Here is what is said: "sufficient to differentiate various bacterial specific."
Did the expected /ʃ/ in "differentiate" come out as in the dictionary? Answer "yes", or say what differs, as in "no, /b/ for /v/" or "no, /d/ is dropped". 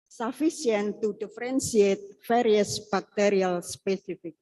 no, /s/ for /ʃ/